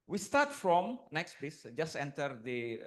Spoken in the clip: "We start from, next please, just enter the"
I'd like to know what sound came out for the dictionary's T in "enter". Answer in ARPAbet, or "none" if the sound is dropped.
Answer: T